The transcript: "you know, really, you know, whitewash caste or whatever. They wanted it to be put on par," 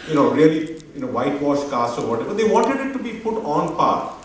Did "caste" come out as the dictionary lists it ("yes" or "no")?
no